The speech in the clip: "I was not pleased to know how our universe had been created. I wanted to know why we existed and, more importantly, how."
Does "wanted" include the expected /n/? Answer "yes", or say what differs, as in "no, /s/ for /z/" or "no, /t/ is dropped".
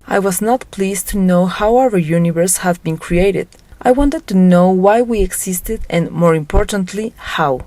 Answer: yes